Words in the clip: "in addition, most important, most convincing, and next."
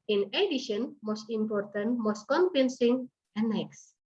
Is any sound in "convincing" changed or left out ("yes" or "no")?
yes